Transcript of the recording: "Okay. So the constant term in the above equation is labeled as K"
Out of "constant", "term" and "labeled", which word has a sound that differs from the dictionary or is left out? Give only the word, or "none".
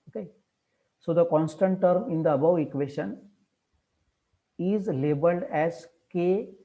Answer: none